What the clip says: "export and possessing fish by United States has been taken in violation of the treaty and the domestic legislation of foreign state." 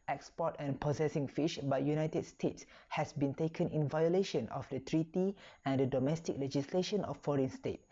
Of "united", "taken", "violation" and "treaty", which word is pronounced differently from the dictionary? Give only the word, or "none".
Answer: none